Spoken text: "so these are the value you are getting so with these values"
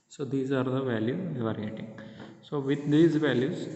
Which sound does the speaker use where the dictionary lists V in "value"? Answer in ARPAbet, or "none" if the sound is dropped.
V